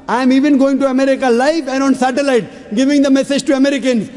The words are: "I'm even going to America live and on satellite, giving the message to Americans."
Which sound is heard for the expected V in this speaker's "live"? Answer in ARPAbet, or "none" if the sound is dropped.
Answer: F